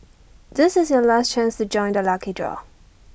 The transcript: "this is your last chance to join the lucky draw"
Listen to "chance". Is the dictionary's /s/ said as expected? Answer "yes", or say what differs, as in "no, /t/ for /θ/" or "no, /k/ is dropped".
yes